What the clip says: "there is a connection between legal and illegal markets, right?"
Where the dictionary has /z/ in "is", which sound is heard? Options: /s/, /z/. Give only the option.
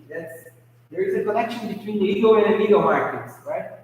/z/